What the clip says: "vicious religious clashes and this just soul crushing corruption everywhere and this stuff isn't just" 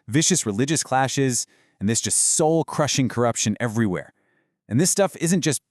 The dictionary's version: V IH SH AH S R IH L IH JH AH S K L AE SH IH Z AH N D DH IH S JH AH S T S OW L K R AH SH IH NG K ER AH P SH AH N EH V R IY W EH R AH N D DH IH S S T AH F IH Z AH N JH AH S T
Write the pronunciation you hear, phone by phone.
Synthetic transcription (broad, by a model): V IH SH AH S R IH L IH JH AH S K L AE SH IH Z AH N DH IH S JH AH S T S OW L K R AH SH IH NG K ER AH P SH AH N EH V R IY W EH R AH N DH IH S S T AH F IH Z AH N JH AH S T